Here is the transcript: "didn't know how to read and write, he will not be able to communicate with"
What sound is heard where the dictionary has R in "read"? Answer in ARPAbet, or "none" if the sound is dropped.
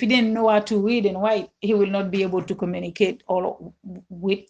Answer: W